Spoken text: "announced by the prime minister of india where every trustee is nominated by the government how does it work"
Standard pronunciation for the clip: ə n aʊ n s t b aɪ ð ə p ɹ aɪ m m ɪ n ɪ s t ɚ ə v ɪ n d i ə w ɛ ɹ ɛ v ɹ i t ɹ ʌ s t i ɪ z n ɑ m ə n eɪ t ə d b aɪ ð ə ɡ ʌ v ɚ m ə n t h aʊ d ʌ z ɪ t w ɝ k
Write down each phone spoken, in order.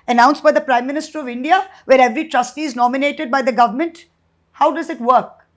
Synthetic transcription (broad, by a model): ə n aʊ n s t b aɪ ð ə p ɹ aɪ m m ɪ n ɪ s t ɚ ə v ɪ n d i ə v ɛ ɹ ɛ v ɹ i t ɹ ʌ s t i ɪ z n ɑ m ə n eɪ t ə d b aɪ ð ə ɡ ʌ v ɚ m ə n t h aʊ d ʌ z ɪ t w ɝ k